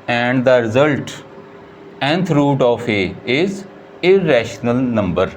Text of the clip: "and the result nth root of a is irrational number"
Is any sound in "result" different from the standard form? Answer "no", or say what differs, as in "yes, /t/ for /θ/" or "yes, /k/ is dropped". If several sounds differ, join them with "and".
no